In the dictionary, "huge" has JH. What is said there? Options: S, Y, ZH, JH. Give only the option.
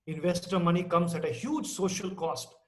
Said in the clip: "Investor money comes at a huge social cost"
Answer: JH